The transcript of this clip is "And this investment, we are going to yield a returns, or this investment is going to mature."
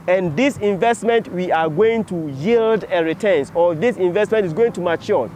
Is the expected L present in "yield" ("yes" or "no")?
yes